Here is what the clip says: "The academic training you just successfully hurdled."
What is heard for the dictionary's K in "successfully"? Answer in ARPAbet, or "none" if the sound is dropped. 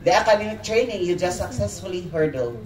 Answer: K